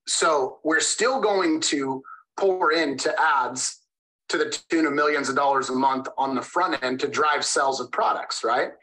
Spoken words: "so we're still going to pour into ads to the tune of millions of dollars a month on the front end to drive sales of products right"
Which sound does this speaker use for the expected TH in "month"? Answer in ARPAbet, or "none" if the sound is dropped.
TH